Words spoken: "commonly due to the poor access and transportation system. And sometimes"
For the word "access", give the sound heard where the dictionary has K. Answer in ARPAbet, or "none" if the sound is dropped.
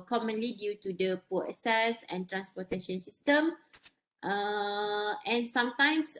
none